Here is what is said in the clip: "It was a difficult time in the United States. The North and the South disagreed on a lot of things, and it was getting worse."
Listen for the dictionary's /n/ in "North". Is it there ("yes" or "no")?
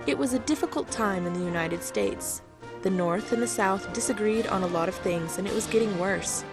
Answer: yes